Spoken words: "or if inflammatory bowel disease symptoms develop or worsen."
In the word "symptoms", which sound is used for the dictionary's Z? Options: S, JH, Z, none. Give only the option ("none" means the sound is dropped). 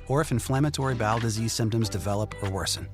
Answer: Z